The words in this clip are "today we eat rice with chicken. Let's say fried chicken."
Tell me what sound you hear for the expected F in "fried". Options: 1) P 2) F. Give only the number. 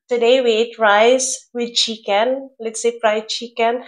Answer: 1